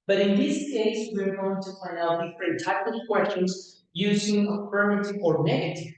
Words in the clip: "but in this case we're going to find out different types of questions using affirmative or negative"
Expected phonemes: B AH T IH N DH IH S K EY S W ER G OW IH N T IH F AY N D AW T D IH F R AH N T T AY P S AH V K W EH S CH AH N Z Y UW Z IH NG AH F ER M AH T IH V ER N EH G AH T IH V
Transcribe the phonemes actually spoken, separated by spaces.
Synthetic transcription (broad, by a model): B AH T IH N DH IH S K EY S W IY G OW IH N T IH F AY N AW T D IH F R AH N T T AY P AH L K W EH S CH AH N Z Y UW Z IH NG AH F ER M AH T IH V ER N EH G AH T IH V